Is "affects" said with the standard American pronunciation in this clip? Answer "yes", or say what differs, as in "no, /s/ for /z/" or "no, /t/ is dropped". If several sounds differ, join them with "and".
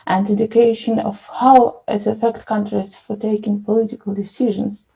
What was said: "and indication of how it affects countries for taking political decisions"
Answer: no, /s/ is dropped